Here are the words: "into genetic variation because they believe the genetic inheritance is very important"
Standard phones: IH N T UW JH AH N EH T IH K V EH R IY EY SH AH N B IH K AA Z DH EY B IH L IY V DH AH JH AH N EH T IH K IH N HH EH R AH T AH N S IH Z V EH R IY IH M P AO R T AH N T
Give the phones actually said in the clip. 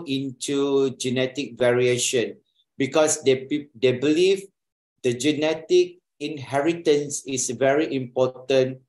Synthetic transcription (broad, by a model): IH N T UW JH AH N EH T IH K V EH R IY EY SH AH N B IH K AA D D EY B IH L IY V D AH JH AH N EH T IH K IH N HH EH R AH T AH N S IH S V EH R IY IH M P AO T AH N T